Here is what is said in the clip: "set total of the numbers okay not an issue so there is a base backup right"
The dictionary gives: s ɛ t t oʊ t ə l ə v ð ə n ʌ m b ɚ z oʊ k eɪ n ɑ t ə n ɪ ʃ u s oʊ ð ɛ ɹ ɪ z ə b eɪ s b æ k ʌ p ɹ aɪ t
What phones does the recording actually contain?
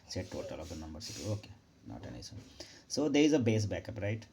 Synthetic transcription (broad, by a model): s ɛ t t oʊ t ə l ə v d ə n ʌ m b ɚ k oʊ k eɪ n ɑ t ə n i s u s oʊ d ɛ ɹ ɪ z ə b eɪ s b æ k ʌ p ɹ aɪ t